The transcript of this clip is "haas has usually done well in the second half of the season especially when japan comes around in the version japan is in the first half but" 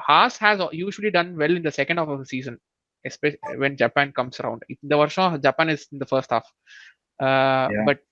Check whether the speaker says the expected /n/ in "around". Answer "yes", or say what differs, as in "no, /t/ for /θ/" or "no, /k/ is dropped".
yes